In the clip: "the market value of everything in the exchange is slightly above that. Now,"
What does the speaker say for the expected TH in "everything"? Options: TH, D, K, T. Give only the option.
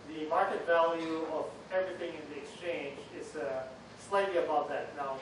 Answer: TH